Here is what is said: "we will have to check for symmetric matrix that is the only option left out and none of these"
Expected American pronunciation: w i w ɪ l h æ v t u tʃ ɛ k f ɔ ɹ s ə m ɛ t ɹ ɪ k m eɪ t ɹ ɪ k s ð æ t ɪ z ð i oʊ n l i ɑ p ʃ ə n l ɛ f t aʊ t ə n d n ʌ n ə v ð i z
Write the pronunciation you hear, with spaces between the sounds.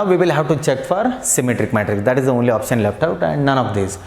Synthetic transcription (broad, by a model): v i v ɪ l h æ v t u tʃ ɛ k f ɔ ɹ s ə m ɛ t ɹ ɪ k m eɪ t ɹ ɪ k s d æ t ɪ z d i oʊ n l i ɑ p ʃ ə n l ɛ f t aʊ t ə n d n ʌ n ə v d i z